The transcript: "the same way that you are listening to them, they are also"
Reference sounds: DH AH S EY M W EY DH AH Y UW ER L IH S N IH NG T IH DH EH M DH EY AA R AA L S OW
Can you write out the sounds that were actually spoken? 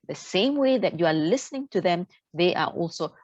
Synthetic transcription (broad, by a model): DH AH S EY M W EY DH AH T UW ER L IH S N IH NG T IH DH EH M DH EY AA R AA L S OW